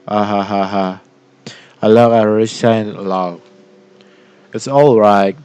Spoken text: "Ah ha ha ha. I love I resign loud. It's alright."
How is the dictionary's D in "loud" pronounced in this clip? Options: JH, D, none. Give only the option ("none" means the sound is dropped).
none